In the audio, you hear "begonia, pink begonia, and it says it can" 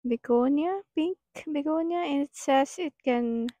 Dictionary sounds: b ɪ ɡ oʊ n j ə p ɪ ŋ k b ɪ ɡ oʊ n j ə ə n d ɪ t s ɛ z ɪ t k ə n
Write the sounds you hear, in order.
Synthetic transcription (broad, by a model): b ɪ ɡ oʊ n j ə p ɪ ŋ k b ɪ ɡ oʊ n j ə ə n ɪ t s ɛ s ɪ t k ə n